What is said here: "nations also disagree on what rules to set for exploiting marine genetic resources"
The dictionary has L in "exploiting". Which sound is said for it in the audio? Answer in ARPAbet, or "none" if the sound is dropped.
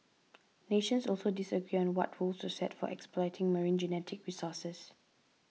L